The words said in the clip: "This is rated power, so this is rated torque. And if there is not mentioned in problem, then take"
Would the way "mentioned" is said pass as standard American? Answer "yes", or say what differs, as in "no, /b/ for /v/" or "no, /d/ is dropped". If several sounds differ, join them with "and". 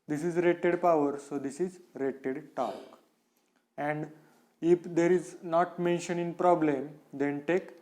no, /d/ is dropped